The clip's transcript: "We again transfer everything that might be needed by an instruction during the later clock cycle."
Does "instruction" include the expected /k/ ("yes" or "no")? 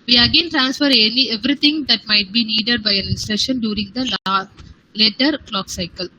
no